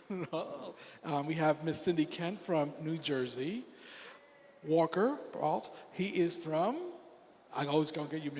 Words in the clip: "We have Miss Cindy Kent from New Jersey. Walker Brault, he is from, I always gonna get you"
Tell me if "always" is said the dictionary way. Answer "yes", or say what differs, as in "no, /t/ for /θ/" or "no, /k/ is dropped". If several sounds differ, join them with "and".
yes